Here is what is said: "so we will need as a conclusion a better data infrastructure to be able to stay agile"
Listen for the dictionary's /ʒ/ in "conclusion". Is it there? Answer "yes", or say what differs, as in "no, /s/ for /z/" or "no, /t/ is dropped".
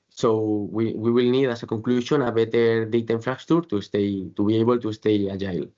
no, /ʃ/ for /ʒ/